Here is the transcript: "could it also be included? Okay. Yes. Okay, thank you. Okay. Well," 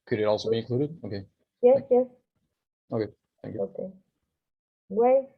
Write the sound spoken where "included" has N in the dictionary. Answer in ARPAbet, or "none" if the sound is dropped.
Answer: none